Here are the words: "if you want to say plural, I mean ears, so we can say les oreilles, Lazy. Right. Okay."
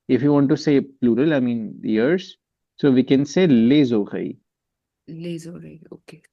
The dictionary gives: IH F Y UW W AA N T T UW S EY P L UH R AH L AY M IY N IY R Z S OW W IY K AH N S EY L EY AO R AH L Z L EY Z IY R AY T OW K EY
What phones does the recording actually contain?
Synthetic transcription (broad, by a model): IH F Y UW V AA N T T UW S EY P L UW R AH L AY M IY N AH R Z S OW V IY K AH N S EY L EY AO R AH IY L EY Z IY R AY OW K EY